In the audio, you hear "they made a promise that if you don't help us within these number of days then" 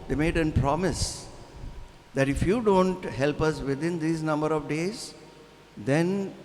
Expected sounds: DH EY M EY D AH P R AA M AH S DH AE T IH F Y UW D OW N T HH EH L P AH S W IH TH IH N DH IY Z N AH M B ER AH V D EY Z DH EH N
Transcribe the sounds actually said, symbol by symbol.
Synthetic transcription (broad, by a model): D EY M EY D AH P R AA M AH S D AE T IH F Y UW D OW N T HH EH L P AH S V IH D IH N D IY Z N AH M B ER AH V D EY Z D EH N